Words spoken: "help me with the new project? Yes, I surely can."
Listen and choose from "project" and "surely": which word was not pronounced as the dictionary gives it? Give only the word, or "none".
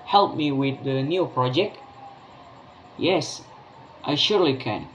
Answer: none